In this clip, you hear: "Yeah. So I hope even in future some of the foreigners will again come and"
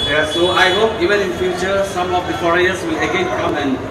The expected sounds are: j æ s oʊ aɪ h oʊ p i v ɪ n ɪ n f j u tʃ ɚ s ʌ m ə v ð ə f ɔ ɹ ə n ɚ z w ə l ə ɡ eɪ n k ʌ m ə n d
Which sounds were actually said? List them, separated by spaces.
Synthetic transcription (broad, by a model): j s oʊ aɪ h oʊ p i v ɪ n ɪ n f j u tʃ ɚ s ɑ m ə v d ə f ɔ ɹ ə ɚ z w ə l ə ɡ eɪ n k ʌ m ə n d